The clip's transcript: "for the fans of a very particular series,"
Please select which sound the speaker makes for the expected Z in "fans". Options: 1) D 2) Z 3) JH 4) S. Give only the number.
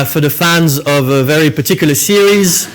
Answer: 2